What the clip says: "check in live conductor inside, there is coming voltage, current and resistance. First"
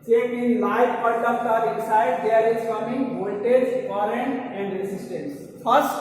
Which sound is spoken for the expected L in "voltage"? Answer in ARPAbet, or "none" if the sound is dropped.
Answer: N